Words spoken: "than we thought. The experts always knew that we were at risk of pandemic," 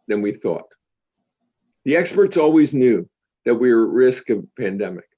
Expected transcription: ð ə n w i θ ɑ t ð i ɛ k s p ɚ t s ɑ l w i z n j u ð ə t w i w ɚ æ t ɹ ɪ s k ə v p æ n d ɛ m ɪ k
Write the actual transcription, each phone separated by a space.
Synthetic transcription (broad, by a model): ð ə n w i θ ɑ t ð i ɛ k s p ɚ t s ɑ l w i z n j u ð ə t w i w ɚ ɹ ɪ s k ə v p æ n d ɛ m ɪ k